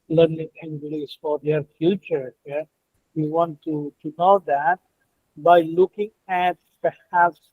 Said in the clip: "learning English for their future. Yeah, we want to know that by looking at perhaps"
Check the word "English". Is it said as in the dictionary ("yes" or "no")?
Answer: no